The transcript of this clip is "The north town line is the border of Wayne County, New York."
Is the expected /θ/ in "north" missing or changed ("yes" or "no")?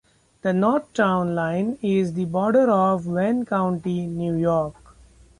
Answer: yes